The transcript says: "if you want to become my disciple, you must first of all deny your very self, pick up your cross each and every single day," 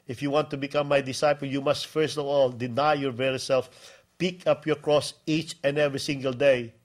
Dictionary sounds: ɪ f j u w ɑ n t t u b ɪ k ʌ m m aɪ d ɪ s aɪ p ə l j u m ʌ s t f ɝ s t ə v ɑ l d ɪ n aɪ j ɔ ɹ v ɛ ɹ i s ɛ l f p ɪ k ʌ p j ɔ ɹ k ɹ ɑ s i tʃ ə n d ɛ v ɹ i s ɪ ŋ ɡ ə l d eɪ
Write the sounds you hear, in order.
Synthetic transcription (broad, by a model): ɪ f j u w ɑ n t t u b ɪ k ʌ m m aɪ d ɪ s aɪ p ə l j u m ʌ s t f ɝ s t ə v ɑ l d ɪ n aɪ j ɔ ɹ v ɛ ɹ i s ɛ l f p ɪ k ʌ p j ɔ ɹ k ɹ ɑ s i tʃ ə n d ɛ v ɹ i s ɪ ŋ ɡ ə l d eɪ